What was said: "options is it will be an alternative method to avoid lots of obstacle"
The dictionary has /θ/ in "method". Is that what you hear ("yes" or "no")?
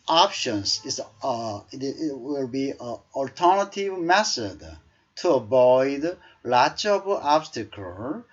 no